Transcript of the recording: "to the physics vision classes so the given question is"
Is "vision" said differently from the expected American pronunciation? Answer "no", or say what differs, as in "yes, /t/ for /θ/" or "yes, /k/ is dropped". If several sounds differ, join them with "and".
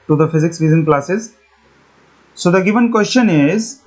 yes, /z/ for /ʒ/